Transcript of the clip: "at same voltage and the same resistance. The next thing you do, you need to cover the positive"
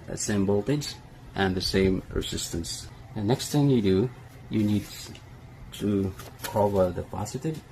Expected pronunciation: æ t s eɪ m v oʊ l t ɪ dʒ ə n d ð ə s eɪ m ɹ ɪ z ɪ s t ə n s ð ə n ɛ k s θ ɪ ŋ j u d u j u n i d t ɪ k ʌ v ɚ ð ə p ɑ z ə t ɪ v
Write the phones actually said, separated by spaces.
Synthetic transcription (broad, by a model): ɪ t s eɪ m b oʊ l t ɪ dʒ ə n ð ə s eɪ m ɹ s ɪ s t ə n s ð ə n ɛ k s θ ɪ ŋ j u d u j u n i d t ɪ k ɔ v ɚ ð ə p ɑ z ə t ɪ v